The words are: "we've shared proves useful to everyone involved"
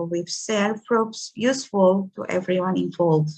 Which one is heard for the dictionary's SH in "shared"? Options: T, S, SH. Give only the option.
S